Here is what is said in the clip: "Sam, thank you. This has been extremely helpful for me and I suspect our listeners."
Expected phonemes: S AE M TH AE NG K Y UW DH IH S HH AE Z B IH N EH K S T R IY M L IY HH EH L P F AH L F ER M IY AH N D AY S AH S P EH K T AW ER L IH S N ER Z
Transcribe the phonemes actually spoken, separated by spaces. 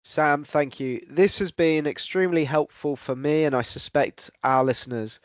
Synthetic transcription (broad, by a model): S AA M TH AE NG K Y UW DH IH S HH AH Z B IH N EH K S T R IY M L IY HH EH L P F AH L F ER M IY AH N AY S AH S P EH K T AW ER L IH S N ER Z